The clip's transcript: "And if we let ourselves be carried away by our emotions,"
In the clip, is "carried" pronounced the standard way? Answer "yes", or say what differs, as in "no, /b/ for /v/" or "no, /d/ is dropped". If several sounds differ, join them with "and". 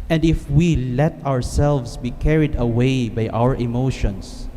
yes